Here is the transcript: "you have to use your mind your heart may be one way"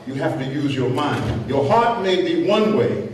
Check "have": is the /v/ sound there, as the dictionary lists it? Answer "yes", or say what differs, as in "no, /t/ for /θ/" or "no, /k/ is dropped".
no, /f/ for /v/